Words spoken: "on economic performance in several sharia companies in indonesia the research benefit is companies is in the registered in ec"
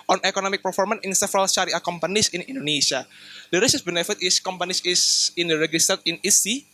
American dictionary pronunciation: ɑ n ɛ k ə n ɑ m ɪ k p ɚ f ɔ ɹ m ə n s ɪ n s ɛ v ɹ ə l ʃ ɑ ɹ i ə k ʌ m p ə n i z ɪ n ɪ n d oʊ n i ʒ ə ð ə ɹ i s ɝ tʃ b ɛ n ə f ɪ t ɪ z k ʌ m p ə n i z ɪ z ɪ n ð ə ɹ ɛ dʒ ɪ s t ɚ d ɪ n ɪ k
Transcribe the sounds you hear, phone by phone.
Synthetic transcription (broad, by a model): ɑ n ɛ k ə n ɑ m ɪ k p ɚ f ɔ ɹ m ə n ɪ n s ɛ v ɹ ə l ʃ ɑ ɹ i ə k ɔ m p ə n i s ɪ n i n d oʊ n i ʃ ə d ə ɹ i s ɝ s b ɛ n ə f ɪ t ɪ s k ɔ m p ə n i s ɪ s ɪ n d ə ɹ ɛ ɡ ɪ s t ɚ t ɪ n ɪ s